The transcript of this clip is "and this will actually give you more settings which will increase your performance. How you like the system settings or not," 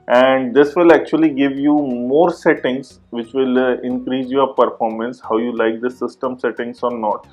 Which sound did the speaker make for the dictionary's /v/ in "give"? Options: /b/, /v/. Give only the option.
/v/